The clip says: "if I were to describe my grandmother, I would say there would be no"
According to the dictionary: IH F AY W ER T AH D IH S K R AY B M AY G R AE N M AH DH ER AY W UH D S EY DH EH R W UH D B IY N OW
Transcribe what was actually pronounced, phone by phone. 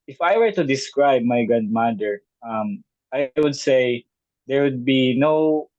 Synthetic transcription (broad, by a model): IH F AY W ER T AH D IH S K R AY B M AY G AA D M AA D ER AY W UH D S EY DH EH R W UH D B IY N OW